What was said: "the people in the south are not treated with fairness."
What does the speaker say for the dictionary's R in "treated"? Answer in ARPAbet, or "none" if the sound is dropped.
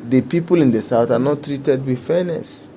R